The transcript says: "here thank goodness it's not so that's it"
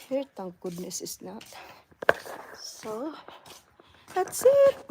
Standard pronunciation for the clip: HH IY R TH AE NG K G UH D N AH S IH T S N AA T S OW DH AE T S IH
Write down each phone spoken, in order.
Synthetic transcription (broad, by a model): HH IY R T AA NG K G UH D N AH S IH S N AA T S OW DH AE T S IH